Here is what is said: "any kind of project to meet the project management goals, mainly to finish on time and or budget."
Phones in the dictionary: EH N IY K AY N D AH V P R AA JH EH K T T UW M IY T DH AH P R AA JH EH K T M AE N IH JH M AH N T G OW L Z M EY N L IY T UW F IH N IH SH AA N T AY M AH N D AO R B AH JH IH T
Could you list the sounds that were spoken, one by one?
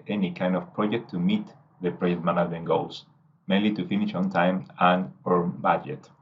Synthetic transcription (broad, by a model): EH N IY K AY N D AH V P R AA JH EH K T T UW M IY T DH AH P R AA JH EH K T M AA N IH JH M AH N G OW L S M EY N L IY T UW F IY N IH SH AA N T AY M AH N AO R B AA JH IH T